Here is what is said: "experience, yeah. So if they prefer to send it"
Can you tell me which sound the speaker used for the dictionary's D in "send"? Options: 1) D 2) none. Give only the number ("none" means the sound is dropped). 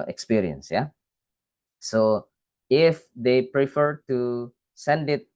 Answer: 1